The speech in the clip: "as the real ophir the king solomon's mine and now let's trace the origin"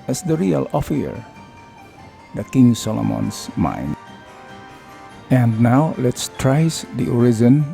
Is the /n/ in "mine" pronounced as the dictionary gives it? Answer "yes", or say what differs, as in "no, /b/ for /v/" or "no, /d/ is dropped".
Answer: yes